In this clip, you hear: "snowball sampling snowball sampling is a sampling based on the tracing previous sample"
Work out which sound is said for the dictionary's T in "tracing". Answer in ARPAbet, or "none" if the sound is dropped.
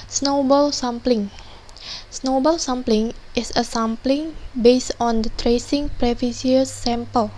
T